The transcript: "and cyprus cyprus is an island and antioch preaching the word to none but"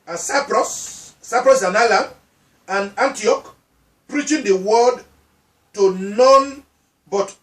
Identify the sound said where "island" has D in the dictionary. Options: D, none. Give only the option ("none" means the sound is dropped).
none